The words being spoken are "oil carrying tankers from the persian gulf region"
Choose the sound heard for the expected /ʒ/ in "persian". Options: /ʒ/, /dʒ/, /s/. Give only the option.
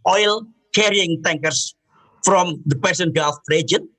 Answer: /s/